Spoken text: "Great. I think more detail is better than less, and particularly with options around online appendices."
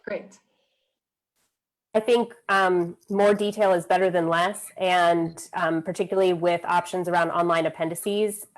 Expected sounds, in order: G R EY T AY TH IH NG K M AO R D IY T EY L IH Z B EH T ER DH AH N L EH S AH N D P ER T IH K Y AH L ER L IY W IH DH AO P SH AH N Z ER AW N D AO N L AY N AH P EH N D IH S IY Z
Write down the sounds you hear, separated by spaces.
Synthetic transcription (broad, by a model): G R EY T AY TH IH NG K M AO R D IY T EY L IH Z B EH T ER DH AH N L EH S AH N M P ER T IH K Y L L IY W IH DH AO P SH AH N Z ER AW N D AO N L AY N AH P EH N D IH S IY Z